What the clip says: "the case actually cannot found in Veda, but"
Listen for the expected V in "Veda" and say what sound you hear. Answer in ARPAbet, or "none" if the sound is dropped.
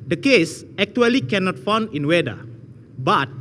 W